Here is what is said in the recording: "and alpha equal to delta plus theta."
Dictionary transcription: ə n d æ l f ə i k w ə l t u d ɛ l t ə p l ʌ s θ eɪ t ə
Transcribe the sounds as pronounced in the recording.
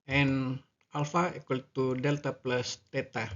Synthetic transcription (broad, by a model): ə n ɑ l f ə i k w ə l t u d ɛ l t ə p l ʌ s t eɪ t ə